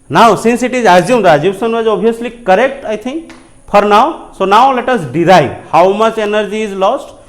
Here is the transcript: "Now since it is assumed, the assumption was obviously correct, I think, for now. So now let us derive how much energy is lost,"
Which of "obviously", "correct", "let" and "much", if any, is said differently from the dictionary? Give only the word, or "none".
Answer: obviously